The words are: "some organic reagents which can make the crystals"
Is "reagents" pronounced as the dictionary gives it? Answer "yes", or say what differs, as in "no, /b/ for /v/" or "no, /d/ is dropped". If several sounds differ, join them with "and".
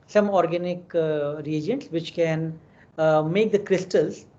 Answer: yes